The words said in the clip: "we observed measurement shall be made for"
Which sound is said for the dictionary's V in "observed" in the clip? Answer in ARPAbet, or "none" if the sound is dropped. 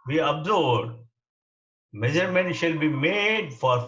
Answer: none